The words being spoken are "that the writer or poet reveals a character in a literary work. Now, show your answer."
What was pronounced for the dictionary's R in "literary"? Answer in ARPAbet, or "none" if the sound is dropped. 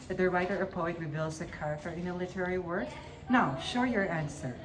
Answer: R